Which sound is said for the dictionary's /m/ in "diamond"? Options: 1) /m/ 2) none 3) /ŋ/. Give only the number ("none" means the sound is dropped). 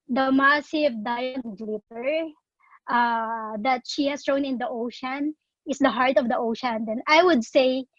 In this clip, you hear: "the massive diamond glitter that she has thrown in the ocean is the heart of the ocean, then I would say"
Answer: 2